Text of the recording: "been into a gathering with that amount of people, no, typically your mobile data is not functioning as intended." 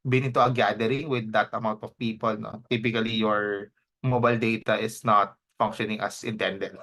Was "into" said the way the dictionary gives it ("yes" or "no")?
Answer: no